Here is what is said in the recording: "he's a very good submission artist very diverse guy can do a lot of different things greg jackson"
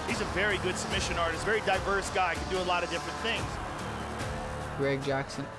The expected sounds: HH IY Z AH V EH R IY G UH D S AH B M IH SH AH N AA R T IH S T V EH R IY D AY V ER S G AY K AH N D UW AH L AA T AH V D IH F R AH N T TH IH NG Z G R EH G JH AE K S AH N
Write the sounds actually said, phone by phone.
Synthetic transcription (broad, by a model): HH IY Z AH V EH R IY G UH D S AH B M IH SH AH N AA R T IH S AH V EH R IY D AY V ER S G AY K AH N D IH AH L AA T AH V D IH F R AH N TH IH NG Z G R EH G JH AE K S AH N